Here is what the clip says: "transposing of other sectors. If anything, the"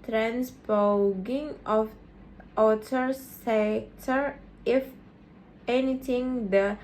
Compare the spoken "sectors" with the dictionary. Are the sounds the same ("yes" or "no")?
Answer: no